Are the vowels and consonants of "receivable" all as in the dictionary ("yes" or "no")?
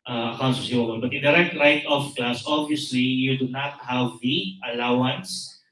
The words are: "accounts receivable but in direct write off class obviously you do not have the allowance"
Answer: no